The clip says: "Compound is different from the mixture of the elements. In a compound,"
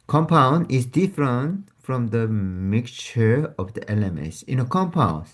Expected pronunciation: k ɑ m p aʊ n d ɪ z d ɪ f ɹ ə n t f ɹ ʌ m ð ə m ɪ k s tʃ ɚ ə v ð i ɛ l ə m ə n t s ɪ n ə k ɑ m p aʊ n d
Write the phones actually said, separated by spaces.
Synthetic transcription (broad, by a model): k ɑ m p aʊ n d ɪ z d ɪ f ɹ ə n t f ɹ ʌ m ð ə m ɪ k tʃ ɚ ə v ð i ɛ l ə m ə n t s ɪ n ə k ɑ m p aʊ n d